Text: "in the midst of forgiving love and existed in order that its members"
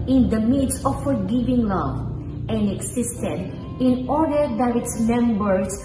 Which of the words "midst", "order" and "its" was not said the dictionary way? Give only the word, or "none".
midst